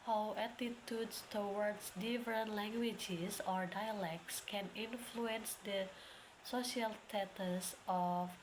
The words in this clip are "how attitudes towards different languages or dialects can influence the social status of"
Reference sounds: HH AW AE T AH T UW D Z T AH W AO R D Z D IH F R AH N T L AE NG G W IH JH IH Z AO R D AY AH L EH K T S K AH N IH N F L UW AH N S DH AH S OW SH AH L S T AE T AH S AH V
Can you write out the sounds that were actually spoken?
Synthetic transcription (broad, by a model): HH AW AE T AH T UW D S T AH W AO R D S D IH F R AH N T L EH NG G W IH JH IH S AO R D AY AH L EH K T S K AH N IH N F L UW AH N S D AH S OW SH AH L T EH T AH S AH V